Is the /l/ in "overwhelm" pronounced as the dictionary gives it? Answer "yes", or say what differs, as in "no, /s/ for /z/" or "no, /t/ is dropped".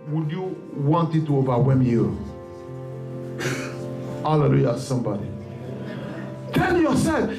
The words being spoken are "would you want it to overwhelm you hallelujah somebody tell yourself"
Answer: no, /l/ is dropped